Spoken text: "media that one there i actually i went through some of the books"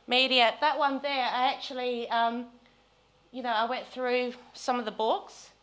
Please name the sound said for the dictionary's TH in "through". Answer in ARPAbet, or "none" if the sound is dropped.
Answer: TH